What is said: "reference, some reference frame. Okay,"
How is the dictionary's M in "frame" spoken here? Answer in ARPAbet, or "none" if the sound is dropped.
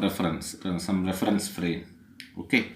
none